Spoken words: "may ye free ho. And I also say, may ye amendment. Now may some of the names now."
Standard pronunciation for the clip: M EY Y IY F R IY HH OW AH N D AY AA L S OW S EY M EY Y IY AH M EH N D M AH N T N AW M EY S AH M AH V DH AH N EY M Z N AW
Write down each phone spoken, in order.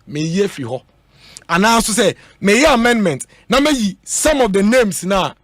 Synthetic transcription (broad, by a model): M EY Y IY F R IY HH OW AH N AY AA N S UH S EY M EY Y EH AH M EH N D M AH N T N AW M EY S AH M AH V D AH N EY M S N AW